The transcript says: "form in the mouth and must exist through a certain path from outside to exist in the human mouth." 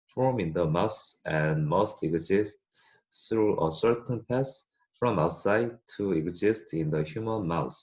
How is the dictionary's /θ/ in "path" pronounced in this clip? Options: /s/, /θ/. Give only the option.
/s/